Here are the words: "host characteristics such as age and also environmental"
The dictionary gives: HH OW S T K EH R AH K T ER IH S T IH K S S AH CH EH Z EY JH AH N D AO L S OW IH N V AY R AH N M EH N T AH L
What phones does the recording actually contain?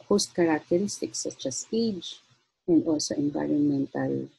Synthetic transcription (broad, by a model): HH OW S T K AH R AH K T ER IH S T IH K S S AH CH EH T EY JH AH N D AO S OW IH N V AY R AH N M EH N T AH L